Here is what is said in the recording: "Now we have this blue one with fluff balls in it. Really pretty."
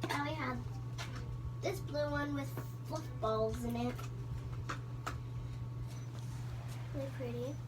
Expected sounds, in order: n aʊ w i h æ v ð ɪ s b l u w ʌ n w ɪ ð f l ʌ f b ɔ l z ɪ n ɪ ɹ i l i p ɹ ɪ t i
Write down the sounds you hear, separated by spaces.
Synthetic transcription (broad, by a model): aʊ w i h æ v ð ɪ s b l u w ʌ n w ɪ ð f ʊ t b ɔ l z ɪ n ɪ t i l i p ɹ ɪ t i